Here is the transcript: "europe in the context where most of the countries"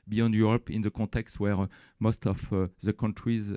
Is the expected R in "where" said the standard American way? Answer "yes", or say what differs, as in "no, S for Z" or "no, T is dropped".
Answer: yes